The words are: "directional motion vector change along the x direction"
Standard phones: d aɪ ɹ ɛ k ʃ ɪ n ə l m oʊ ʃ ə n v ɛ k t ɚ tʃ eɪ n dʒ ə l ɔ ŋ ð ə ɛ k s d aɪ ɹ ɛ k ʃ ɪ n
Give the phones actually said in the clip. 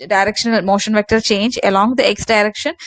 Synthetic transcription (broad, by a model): d aɪ ɹ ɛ k ʃ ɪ n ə l m oʊ ʃ ə n v ɛ k t ɚ tʃ eɪ n dʒ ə l ɔ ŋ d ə ɛ k s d aɪ ɹ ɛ k ʃ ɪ n